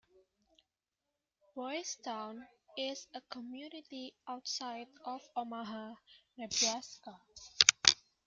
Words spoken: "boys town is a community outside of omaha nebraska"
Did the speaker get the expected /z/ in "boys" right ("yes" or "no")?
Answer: no